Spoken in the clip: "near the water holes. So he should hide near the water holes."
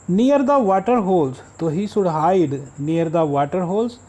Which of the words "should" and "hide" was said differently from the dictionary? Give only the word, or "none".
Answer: should